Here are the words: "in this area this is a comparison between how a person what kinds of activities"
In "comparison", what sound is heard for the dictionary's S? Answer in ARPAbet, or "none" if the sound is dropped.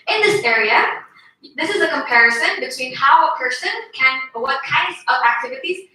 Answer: S